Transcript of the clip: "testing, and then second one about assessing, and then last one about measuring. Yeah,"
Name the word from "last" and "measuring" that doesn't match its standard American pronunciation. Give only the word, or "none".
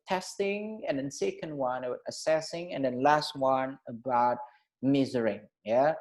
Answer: measuring